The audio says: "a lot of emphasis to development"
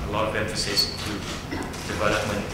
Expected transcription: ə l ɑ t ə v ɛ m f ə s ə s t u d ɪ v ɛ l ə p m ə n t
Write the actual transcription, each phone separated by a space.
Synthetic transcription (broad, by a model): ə l ɑ t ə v ɛ m f ə s ə s t u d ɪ v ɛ l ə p m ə n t